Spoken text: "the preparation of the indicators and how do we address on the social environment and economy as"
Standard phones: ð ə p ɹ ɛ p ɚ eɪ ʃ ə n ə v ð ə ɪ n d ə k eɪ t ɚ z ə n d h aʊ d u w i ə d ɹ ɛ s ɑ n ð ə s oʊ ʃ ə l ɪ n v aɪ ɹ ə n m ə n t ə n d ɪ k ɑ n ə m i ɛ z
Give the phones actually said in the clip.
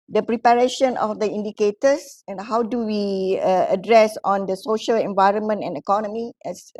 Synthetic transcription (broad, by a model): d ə p ɹ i p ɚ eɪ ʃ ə n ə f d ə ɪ n d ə k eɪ t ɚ s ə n h aʊ d u w i ə d ɹ ɛ s ɑ n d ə s oʊ ʃ ə l ɪ n v aɪ ɹ ə n m ə n t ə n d ɪ k ɑ n ə m i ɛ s